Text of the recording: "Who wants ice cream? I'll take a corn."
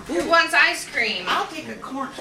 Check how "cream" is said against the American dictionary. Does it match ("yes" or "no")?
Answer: yes